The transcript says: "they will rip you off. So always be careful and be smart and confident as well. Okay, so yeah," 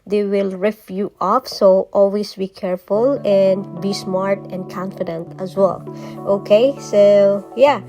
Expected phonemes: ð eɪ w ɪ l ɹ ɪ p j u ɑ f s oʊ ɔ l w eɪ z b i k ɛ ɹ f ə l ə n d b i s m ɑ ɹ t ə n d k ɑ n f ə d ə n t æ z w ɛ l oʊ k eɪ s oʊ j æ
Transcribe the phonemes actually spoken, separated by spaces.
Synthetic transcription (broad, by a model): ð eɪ w ɪ l ɹ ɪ f j u ɑ f s oʊ ɔ l w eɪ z b i k ɛ ɹ f ə l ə n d b i s m ɑ ɹ t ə n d k ɑ n f ə d ə n t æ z w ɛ l oʊ k eɪ s oʊ j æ